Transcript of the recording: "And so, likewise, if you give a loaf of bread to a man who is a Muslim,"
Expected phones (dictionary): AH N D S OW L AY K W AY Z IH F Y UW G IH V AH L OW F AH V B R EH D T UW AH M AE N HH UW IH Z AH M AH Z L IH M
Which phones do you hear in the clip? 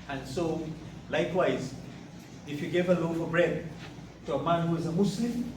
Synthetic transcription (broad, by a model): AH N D S OW L AY K W AY Z IH F Y UW G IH V AH L OW F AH B R EH D T UW AH M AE N HH UW IH Z AH M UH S L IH M